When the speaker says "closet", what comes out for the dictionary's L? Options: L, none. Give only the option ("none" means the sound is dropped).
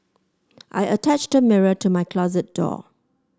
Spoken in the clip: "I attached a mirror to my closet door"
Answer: L